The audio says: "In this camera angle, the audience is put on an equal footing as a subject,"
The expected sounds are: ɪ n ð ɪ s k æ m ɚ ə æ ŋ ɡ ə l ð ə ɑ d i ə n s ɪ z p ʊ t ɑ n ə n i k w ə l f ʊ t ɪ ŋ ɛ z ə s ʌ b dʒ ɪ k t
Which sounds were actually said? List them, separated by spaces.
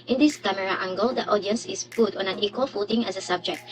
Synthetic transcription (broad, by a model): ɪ n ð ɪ s k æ m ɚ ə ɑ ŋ ɡ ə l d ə ɑ d i ə n s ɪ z p ʊ t ɑ n ə n i k w ə l f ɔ t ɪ ŋ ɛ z ə s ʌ b dʒ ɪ k t